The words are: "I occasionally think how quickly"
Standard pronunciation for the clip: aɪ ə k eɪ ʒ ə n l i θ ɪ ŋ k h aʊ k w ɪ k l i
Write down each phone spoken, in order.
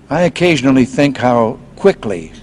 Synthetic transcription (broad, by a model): aɪ ə k eɪ ʒ ə n l i θ ɪ ŋ k h aʊ k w ɪ k l i